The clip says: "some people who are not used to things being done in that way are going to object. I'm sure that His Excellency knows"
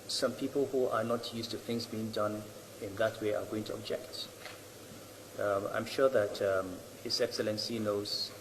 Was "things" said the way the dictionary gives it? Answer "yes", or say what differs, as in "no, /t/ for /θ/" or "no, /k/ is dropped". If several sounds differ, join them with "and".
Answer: yes